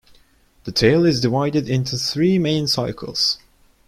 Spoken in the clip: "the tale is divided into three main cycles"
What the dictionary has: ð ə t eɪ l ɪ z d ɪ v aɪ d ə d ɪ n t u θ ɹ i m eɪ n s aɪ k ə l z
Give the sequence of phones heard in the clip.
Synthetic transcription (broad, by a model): ð ə t eɪ l ɪ z d ɪ v aɪ d ə d ɪ n t u θ ɹ i m eɪ n s aɪ k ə l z